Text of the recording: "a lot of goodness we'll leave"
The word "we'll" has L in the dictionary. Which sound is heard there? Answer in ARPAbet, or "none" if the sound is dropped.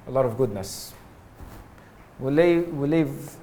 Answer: W